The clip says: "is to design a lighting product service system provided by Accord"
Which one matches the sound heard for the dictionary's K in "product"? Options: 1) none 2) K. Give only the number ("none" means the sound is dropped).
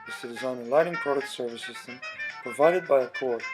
1